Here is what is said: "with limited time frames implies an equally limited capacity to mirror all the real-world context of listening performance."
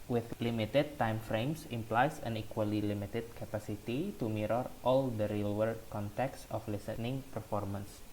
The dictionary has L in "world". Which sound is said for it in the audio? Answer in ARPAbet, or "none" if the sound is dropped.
none